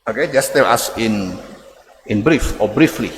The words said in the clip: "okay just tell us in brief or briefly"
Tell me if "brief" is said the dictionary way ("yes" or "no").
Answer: yes